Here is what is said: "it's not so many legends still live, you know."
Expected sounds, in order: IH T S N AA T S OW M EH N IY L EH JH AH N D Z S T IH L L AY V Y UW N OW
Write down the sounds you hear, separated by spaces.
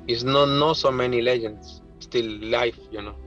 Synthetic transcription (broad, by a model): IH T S N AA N S OW M EH N IY L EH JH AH N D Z S T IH L L AY F Y UW N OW